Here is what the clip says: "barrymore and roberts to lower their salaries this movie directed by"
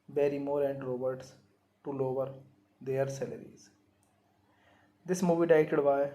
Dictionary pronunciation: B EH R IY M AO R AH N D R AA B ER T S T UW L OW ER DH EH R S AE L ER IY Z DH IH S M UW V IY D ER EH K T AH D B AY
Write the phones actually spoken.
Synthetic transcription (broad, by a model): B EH R IY M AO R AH N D R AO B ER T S T UW L OW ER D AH R S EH L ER IY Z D IH S M UW V IY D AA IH T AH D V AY